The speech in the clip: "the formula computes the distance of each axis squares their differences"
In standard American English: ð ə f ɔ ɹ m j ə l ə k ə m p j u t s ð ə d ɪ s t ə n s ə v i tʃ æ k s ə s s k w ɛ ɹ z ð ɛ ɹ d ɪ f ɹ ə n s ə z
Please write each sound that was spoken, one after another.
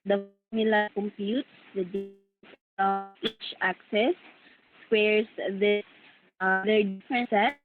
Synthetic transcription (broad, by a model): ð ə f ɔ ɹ m j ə l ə k ə m p j u t s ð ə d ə s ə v i tʃ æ k s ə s s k w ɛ ɹ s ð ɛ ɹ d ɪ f ɹ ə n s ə